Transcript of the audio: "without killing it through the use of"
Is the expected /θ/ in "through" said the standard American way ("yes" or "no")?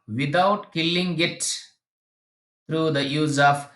no